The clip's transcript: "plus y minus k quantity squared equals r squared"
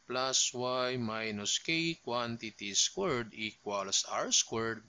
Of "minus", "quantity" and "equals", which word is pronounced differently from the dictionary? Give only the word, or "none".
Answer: equals